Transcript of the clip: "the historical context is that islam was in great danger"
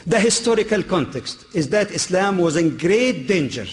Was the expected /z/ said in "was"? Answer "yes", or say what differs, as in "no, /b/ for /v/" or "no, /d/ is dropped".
yes